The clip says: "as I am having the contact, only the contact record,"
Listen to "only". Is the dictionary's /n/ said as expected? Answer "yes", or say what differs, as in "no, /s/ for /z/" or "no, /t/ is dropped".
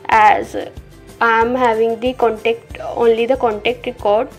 yes